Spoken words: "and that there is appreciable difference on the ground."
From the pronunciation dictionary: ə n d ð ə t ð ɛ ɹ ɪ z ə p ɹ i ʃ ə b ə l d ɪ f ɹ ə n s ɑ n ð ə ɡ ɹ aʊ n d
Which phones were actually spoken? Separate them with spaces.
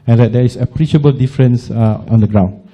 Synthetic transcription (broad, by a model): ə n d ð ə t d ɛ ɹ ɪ s ə p ɹ i ʃ ə b ə l d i f ɹ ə n s ɑ n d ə ɡ ɹ aʊ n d